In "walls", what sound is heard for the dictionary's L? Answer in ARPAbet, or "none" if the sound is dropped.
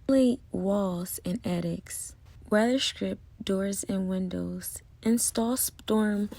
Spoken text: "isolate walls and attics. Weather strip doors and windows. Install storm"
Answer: L